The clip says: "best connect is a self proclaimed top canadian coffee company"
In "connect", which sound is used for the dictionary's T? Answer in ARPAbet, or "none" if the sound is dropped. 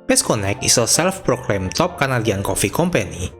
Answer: none